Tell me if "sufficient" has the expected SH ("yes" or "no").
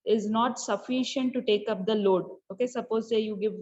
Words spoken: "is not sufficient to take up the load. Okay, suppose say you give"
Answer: yes